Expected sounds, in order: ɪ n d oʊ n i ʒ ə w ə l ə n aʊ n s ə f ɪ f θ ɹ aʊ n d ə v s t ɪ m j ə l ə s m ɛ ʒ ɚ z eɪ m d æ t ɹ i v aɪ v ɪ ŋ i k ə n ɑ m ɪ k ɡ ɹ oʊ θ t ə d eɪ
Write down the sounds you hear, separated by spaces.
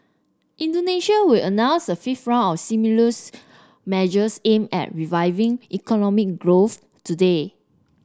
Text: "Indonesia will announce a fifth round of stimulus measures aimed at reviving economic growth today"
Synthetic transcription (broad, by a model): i n d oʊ n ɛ ʃ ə w ə l ə n aʊ n s ə f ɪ f t ɹ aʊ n ə f s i m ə l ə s m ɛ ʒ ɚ s eɪ m ɛ t ɹ i v aɪ v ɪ ŋ i k ə n ɑ m ɪ k ɡ ɹ oʊ θ t ə d eɪ